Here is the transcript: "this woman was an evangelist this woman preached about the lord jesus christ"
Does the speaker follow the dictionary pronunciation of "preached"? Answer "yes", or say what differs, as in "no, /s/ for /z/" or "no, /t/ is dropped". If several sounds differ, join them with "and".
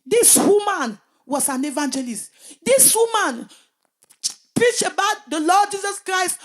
no, /t/ is dropped